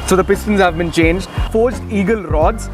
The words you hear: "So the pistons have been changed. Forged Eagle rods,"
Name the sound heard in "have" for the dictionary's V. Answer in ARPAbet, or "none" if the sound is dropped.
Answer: V